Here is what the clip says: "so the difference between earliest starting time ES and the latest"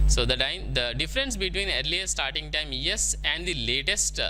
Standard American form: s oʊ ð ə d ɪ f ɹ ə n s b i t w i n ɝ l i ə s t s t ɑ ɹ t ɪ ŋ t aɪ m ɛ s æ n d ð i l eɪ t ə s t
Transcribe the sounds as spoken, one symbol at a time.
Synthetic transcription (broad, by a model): s oʊ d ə d ɪ f ɹ ə n s b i t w i n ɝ l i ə t s t ɑ ɹ t ɪ ŋ t aɪ m ɛ s æ n d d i l eɪ t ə s t